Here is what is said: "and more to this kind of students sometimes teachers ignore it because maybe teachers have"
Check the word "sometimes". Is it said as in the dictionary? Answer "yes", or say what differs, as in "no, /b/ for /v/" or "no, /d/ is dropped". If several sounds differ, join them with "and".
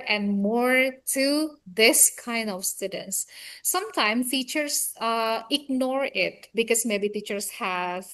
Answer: no, /z/ is dropped